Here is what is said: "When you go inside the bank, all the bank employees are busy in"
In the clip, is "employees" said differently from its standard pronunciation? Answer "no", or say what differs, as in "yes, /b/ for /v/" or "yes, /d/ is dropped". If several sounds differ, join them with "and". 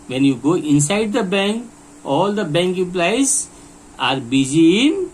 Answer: yes, /m/ is dropped